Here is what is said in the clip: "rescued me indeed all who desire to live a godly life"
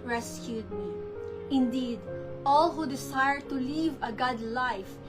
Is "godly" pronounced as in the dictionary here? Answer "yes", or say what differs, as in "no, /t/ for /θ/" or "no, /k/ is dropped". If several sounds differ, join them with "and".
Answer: yes